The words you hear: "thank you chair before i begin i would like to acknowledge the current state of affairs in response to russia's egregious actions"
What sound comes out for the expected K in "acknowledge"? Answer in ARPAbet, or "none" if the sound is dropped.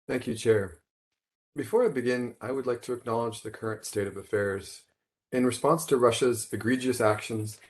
K